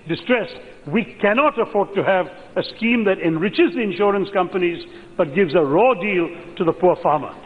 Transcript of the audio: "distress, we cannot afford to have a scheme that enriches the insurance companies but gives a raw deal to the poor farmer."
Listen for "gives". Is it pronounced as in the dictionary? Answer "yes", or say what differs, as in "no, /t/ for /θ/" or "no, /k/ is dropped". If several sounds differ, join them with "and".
yes